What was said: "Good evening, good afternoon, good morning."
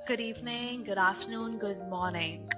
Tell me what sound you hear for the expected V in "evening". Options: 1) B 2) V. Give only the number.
1